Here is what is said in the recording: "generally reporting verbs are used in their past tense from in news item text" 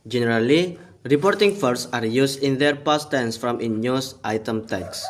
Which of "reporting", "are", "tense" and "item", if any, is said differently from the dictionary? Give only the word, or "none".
none